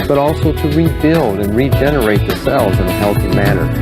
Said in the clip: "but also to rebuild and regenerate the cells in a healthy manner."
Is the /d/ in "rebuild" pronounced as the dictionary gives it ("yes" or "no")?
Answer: yes